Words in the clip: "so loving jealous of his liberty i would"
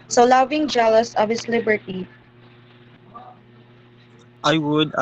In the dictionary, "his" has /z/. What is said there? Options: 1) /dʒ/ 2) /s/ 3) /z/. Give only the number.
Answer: 2